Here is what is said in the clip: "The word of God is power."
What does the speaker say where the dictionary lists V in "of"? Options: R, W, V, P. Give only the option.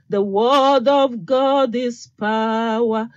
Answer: V